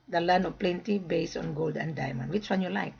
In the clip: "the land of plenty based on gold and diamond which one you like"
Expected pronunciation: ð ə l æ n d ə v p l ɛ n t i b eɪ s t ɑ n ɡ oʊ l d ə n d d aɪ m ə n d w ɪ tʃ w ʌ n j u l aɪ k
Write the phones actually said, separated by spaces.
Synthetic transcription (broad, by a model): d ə l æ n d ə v p l ɛ n t i b eɪ s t ɑ n ɡ oʊ l d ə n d d aɪ m ə n d w ɪ tʃ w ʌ n j u l aɪ k